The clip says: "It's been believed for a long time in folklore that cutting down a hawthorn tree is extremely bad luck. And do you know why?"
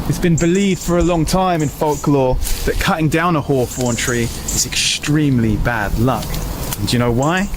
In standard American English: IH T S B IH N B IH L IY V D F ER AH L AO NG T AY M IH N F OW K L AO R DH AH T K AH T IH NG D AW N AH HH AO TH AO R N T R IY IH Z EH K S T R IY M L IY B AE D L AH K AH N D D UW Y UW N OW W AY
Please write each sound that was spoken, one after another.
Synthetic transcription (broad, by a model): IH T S B IH N B IH L IY V D F ER AH L AO NG T AY M IH N F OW K L AO DH AH T K AH T IH NG D AW N AH HH AO F AO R N T R IY IH Z EH K S T R IY M L IY B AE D L AH K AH N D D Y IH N OW W AY